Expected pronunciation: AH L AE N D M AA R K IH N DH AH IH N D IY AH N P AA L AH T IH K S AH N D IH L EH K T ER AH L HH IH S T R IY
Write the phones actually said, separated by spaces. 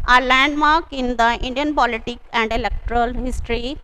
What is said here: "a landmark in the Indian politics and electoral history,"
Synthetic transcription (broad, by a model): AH L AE N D M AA K IH N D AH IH N D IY AH N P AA L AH T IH K AH N D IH L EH K T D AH L HH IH S T R IY